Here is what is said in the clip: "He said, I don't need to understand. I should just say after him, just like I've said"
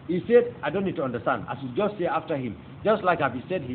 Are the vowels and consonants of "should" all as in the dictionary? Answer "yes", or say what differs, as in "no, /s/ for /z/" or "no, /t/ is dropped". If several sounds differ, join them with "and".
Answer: no, /s/ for /ʃ/